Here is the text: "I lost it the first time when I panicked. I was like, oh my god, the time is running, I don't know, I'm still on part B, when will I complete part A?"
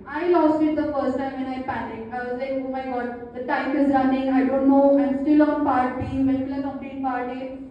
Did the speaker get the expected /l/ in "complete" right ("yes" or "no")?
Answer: no